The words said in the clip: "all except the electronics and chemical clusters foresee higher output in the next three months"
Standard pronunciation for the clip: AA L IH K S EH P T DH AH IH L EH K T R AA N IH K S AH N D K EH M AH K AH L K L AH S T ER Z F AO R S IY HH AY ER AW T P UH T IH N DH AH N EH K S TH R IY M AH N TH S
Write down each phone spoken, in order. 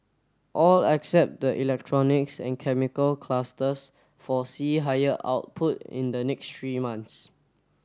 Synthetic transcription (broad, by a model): AA L IH K S EH P T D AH IH L EH K T R AA N IH K S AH N K EH M AH K AH L K L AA S T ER S F AO S IY HH AY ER AW T P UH T IH N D AH N EH K S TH R IY M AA N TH S